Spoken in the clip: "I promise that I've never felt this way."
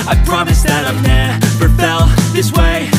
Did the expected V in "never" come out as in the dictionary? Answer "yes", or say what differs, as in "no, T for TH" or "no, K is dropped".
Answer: no, P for V